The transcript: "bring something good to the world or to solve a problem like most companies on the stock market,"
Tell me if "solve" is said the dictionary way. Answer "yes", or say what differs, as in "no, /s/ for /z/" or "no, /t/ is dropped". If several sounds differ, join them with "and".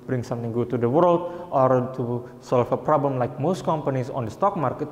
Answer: no, /f/ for /v/